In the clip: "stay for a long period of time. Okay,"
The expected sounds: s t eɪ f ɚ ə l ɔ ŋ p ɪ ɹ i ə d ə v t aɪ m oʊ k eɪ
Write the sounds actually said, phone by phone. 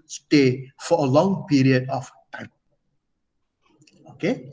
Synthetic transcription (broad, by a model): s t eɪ f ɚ ə l ɔ ŋ p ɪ ɹ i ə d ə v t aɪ oʊ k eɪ